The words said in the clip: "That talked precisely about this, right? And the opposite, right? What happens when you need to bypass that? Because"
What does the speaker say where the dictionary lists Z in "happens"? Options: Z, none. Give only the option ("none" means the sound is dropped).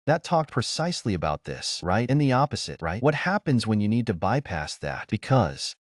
Z